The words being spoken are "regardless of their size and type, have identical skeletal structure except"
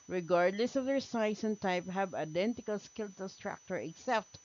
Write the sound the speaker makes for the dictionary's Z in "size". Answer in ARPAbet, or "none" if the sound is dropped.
S